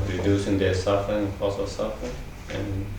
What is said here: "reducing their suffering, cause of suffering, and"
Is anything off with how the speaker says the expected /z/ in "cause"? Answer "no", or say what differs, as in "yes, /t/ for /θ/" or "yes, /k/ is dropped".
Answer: yes, /s/ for /z/